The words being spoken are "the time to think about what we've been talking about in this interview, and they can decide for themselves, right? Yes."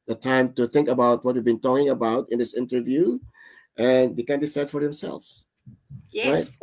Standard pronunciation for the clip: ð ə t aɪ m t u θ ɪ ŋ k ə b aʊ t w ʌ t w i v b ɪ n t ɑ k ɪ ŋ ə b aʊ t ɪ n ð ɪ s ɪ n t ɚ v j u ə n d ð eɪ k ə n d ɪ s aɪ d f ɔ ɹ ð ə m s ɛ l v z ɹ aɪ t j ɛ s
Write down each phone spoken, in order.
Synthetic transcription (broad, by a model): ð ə t aɪ m t u θ ɪ ŋ k ə b aʊ t w ʌ t w i v b ɪ n t ɑ k ɪ ŋ ə b aʊ t ɪ n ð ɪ s ɪ n t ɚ v j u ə n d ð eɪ k ə n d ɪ s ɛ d f ɔ ɹ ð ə m s ɛ l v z ɹ aɪ t